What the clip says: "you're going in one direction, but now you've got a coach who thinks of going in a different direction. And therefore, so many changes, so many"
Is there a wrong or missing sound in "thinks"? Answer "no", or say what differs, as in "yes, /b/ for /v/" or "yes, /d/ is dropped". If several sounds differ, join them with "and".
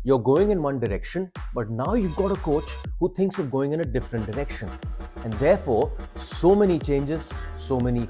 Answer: yes, /t/ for /θ/